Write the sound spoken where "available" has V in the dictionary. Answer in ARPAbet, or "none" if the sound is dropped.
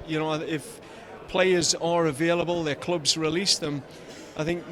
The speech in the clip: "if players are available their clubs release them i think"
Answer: V